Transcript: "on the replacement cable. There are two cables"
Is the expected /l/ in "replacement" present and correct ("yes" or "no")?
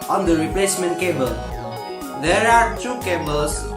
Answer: yes